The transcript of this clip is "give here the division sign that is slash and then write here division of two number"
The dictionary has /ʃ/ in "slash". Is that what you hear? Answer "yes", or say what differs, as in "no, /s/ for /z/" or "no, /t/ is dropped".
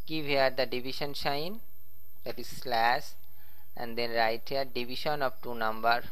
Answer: no, /s/ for /ʃ/